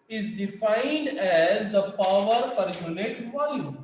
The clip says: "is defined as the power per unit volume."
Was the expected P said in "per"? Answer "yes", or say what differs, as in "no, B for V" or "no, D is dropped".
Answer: no, F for P